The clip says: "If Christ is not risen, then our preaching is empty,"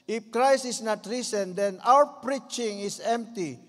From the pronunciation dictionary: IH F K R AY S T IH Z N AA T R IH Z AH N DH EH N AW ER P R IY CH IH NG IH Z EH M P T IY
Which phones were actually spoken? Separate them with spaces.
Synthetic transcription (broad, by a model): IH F K R AY S IH S N AA T R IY S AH N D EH N AW ER P R IY CH IH NG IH S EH M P T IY